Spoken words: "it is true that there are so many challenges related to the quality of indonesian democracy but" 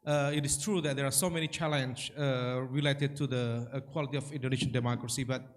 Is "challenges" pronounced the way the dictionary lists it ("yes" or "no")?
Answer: no